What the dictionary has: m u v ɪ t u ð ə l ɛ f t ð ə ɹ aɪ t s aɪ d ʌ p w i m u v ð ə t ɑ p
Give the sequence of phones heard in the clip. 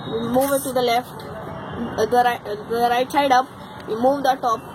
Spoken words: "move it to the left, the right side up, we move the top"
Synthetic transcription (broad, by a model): m u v ɪ t u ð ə l ɛ f t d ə ɹ aɪ t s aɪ d ʌ p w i m u v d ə t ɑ p